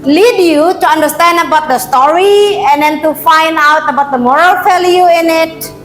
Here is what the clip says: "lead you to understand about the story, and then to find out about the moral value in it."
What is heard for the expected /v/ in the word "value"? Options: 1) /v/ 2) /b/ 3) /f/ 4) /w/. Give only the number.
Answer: 3